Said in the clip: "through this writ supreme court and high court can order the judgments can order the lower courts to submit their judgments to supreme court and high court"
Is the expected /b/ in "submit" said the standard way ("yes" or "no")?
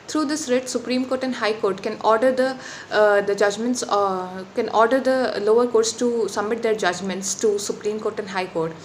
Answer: no